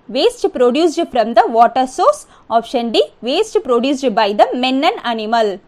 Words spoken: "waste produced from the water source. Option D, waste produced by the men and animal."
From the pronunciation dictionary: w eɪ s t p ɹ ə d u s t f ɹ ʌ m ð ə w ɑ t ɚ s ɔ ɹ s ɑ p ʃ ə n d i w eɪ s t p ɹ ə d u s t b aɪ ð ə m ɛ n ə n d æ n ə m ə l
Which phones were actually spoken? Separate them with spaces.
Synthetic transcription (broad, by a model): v eɪ s t p ɹ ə d u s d f ɹ ʌ m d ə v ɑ t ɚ s ɔ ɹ s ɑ f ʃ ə n d i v eɪ s t p ɹ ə d u s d b aɪ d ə m ɛ n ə n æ n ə m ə l